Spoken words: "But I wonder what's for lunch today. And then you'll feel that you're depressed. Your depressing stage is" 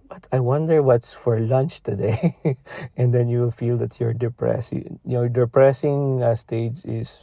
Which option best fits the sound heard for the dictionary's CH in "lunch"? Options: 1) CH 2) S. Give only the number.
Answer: 1